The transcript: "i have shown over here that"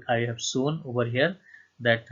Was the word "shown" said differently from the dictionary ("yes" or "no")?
yes